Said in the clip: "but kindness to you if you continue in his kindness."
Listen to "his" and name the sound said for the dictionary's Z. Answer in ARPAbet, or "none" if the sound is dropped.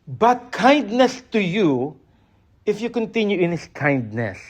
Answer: S